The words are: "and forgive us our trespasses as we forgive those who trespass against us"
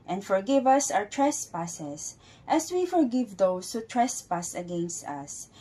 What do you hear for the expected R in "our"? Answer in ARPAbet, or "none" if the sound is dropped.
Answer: W